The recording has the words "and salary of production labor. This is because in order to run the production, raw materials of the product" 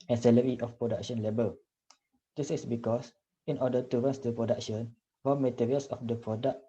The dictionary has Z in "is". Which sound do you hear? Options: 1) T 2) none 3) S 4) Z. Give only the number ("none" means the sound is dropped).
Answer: 3